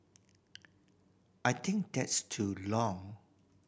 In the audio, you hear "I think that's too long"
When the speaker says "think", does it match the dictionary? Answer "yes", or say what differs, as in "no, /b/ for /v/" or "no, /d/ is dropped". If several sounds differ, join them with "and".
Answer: no, /t/ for /θ/